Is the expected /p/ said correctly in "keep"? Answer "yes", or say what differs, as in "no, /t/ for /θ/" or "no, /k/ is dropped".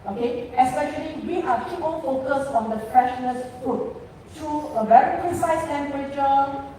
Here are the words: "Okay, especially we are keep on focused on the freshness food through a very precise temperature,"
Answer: no, /p/ is dropped